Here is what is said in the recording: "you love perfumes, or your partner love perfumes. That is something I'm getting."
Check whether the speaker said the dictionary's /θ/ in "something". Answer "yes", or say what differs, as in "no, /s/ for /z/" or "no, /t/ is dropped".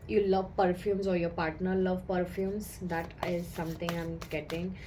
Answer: no, /t/ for /θ/